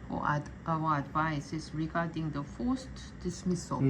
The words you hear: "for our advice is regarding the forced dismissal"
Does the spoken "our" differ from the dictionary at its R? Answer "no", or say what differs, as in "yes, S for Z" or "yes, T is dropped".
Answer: yes, W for R